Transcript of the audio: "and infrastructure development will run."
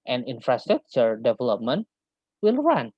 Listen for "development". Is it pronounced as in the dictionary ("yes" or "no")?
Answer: yes